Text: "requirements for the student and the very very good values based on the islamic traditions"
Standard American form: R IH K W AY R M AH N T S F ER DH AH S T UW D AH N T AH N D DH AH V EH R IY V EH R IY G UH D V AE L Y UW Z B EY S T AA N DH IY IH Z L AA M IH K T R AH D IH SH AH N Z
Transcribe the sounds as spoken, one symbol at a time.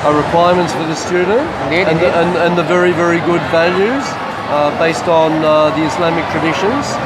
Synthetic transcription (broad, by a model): R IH K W AY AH M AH N T S F ER DH AH S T UW D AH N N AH N DH AH V EH R IY V EH R IY G UH D V AE L Y UW Z B EY S T N DH IY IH S L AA M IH K T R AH D IH SH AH N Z